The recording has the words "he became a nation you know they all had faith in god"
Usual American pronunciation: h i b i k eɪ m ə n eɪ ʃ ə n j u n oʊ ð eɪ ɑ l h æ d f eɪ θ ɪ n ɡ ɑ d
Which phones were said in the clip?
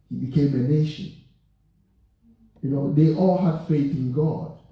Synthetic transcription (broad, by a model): h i b i k eɪ m ə n eɪ ʃ ə n j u n oʊ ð eɪ ɑ l h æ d f eɪ θ ɪ n ɡ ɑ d